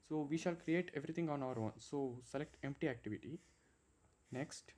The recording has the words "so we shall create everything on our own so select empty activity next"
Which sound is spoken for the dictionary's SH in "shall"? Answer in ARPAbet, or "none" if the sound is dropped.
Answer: SH